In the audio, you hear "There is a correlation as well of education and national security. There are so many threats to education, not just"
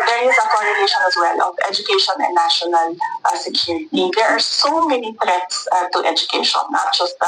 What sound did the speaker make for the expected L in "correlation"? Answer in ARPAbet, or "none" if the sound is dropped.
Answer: N